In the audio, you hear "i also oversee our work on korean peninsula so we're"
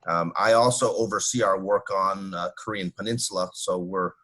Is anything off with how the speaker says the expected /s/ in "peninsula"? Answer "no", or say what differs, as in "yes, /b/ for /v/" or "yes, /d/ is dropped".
no